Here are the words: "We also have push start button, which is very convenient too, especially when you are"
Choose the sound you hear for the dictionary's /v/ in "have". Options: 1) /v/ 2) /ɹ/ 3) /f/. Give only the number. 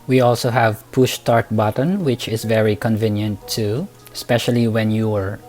1